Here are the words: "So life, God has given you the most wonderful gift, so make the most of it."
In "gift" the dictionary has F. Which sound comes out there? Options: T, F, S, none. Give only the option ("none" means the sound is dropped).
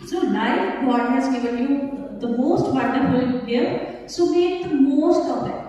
none